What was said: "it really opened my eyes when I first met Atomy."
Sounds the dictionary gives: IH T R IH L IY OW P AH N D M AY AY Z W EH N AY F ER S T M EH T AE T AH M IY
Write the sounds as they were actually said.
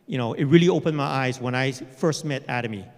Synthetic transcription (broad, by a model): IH T R IH L IY OW P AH N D M AY AY Z W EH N AY F ER S T M EH T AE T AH M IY